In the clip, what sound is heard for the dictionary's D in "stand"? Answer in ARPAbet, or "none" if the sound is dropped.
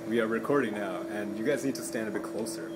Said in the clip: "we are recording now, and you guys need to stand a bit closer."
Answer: D